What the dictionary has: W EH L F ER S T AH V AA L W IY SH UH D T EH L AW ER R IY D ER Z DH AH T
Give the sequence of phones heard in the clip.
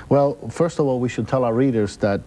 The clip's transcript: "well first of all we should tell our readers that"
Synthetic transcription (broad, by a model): W EH L F ER S T AH V AA L W IY SH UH D T EH L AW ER R IY D ER Z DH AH T